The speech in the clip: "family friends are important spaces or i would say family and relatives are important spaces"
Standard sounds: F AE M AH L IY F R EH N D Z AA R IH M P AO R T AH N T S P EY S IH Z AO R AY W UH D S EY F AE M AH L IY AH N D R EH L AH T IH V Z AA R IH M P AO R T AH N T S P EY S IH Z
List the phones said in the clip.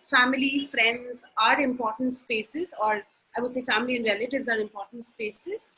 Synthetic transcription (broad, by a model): F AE M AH L IY F R EH N D Z AA R IH M P AO R T AH N T S P EY S IH Z AO R AY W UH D S EY F AE M AH L IY AH N D R EH L AH T IH V Z AA R IH M P AO R T AH N T S P EY S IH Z